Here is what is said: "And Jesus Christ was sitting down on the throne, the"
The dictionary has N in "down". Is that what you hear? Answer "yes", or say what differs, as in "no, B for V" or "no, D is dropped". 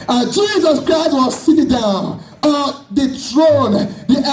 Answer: yes